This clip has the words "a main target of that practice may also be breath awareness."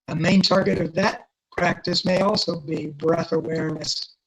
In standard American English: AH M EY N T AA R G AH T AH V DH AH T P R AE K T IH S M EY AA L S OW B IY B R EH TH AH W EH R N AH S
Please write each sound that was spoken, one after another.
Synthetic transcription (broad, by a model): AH M EY N T AA R G AH T AH V DH AH T P R AE K T IH S M EY AA L S OW B IY B R EH TH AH W EH R N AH S